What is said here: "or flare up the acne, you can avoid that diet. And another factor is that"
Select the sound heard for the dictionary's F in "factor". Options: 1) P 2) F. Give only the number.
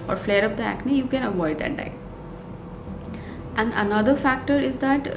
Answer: 2